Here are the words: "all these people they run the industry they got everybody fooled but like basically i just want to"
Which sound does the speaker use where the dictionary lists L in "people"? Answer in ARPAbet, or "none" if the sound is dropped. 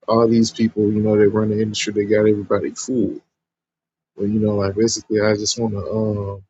N